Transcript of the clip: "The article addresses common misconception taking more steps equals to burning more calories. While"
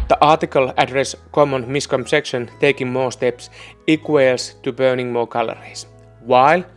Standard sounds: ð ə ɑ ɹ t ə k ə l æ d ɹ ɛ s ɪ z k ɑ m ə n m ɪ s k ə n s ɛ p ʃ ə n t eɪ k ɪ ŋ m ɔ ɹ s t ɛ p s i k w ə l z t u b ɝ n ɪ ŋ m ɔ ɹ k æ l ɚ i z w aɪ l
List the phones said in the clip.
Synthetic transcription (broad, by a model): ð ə ɑ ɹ t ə k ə l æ d ɹ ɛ s k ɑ m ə n m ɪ s k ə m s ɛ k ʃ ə n t eɪ k ɪ ŋ m ɔ s t ɛ p s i k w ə l s t u b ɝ n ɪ ŋ m ɔ k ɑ l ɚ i s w aɪ l